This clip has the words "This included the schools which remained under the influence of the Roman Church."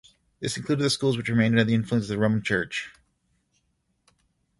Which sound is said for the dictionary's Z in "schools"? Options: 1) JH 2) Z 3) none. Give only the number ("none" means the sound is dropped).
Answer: 2